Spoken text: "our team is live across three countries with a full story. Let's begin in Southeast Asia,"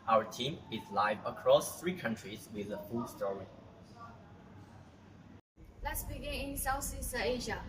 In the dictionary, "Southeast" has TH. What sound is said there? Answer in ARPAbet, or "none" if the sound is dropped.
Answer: S